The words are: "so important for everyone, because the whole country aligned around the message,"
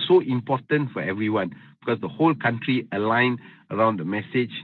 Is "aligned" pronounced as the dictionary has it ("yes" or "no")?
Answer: no